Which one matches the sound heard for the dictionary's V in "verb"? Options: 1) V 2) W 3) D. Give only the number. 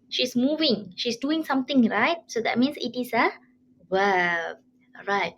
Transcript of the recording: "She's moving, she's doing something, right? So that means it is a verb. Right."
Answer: 2